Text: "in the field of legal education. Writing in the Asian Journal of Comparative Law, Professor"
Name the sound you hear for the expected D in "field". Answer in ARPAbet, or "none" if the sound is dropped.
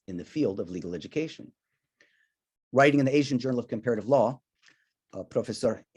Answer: D